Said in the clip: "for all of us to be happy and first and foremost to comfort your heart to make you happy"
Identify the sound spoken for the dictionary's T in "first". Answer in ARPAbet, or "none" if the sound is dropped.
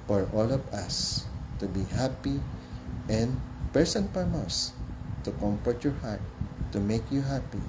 none